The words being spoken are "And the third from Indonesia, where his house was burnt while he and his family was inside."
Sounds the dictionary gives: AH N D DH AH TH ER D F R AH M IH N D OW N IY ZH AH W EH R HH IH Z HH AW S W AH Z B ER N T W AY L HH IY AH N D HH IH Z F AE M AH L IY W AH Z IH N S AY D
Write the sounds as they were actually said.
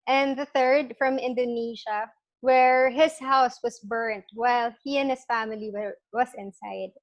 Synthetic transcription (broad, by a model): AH N DH AH TH ER D F R AH M IH N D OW N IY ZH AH W EH R HH IH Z HH AW S W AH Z B ER N T W AY L HH IY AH N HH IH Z F AE M AH L IY W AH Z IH N S AY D